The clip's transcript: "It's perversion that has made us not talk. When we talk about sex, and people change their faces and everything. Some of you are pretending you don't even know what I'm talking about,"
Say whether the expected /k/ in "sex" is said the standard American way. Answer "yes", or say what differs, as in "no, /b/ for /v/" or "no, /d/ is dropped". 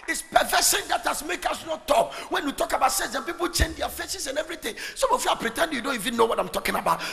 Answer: no, /k/ is dropped